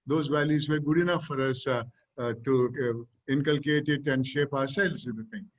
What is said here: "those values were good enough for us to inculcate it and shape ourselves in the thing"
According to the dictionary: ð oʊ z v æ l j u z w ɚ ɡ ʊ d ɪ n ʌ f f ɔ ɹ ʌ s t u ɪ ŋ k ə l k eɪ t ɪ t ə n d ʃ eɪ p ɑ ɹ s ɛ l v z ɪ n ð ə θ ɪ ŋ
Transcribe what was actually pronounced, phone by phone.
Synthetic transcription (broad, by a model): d oʊ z v æ l j u z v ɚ ɡ ʊ d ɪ n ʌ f f ɔ ɹ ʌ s t u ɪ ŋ k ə l k eɪ t ɪ t ə n d ʃ eɪ p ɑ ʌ s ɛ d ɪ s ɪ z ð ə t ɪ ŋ